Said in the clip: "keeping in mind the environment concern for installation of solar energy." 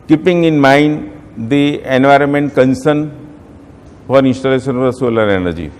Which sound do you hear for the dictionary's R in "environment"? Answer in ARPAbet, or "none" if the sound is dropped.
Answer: R